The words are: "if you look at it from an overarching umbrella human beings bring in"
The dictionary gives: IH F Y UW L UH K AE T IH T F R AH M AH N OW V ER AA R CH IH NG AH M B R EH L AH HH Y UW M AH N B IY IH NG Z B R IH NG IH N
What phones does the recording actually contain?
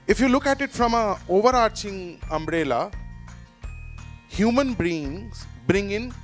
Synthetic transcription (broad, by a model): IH F Y UW L UH K AE T IH T F R AH M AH OW V ER AA R CH IH NG AH M B R EH L AH HH Y UW M AH N B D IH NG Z B R IH NG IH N